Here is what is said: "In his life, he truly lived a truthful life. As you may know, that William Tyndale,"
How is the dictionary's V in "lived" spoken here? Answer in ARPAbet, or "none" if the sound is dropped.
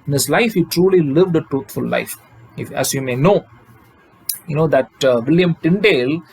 V